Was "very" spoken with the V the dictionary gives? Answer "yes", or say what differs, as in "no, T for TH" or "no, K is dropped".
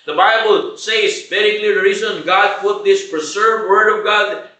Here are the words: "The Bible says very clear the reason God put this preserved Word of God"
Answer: no, B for V